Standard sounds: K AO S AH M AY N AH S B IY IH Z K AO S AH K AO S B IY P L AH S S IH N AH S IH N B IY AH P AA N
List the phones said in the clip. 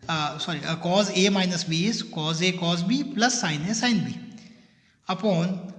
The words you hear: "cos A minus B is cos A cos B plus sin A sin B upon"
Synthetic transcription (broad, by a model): K AO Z AH M AY N AH S B IY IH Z K AO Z AH K AO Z B IY P L AH S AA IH N AH S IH N B IY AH P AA N